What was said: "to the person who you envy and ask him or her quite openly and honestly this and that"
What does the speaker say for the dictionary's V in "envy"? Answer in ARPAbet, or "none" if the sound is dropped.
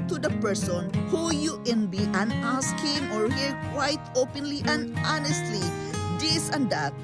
B